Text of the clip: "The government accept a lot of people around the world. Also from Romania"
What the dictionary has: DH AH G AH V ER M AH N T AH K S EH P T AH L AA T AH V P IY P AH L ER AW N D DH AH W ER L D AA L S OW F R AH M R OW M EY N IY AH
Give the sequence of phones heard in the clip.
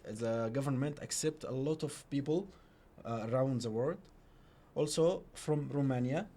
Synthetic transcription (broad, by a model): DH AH G AH V ER M AH N T AH K S EH P T AH L AA T AH V P IY P AH L ER AW N D DH AH W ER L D AA L S OW F R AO M R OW M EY N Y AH